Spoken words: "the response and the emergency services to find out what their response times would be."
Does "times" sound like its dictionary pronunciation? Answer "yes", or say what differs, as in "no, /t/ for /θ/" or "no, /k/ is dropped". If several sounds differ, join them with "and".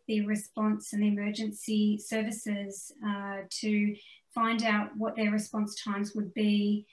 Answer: yes